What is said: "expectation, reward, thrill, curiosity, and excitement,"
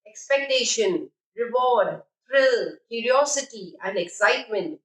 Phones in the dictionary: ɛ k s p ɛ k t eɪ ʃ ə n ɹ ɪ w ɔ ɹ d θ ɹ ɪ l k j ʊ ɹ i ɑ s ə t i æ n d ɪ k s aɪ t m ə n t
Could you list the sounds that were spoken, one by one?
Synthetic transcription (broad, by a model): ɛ k s p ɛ k t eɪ ʃ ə n ɹ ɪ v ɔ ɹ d t ɹ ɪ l k j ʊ ɹ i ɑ s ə t i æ n d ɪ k s aɪ t m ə n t